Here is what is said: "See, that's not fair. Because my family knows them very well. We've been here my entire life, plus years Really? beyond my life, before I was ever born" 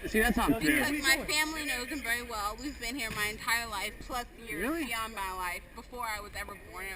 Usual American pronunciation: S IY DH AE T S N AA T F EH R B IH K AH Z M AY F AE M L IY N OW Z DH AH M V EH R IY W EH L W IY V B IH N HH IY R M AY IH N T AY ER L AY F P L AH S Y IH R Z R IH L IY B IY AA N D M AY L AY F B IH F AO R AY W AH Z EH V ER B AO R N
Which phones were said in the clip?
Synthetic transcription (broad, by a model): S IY DH AE T S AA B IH AH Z M AY F AE M L IY N OW Z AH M V EH R IY W EH L W IY V B IH N HH IY R M AY IH N T AY ER L AY F P L AH S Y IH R R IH L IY IY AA N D M AY L AY F B IH F AO R AY W AH Z EH V ER B AO R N